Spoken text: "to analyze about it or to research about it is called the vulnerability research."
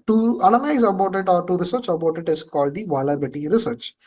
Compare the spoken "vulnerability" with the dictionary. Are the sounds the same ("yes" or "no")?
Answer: no